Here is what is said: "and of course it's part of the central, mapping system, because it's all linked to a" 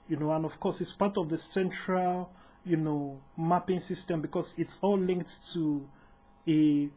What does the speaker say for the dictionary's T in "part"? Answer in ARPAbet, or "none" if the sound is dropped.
T